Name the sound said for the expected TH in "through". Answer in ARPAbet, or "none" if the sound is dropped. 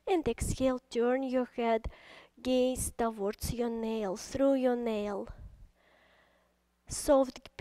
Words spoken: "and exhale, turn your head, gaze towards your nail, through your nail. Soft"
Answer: S